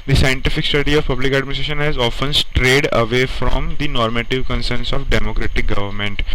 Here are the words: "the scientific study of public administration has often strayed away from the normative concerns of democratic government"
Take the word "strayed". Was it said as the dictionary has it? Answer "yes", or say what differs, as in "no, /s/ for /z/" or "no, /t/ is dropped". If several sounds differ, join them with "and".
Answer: yes